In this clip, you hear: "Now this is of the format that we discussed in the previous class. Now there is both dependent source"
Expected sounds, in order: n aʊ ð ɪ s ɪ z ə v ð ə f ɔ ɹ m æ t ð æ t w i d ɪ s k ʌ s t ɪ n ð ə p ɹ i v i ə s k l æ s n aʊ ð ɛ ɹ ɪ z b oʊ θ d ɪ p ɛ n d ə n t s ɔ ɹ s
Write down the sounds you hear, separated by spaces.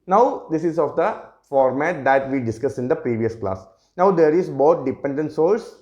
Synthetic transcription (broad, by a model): n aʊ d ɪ s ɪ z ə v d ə f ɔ ɹ m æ t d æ t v i d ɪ s k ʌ s ɪ n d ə p ɹ i v i ə s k l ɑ s n aʊ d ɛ ɹ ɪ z b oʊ t d ɪ p ɛ n d ə n t s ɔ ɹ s